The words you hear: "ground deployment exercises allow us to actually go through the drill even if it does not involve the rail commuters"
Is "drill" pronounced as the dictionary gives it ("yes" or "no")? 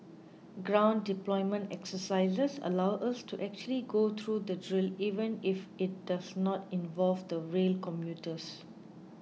yes